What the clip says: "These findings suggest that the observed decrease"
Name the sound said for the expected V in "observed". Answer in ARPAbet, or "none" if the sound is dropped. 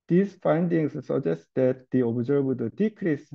B